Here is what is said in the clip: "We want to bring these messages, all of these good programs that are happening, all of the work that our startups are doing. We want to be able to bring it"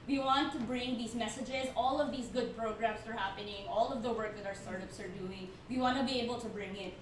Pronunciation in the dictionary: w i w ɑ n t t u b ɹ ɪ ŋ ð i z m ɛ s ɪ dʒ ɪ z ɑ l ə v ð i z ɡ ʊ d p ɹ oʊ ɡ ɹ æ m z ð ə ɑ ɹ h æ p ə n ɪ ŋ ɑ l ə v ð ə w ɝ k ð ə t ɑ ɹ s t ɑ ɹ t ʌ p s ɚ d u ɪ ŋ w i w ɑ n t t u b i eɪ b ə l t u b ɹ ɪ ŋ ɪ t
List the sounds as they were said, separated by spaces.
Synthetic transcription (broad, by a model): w i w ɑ n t t u b ɹ ɪ ŋ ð i z m ɛ s ɪ dʒ ɪ z ɑ l ə v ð i z ɡ ʊ d p ɹ oʊ ɡ ɹ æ m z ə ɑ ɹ h æ p ə n ɪ ŋ ɑ l ə v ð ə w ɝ k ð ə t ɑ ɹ s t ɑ ɹ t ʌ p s ɚ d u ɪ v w i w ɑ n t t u b i eɪ b ə l t u b ɹ ɪ ŋ ɪ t